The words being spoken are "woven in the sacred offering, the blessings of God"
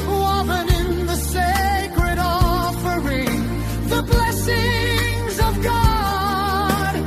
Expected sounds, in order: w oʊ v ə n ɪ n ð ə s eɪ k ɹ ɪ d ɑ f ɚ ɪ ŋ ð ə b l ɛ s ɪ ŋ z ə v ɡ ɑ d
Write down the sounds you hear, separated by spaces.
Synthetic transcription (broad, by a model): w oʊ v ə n ɪ n ð ə s eɪ k ɹ ɪ d ɑ f ɚ ɪ ŋ ð ə b l ɛ s ɪ ŋ z ə v ɡ ɑ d